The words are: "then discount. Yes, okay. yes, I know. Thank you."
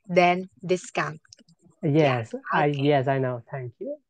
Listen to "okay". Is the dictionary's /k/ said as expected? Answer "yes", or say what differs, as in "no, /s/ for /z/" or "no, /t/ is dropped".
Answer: no, /k/ is dropped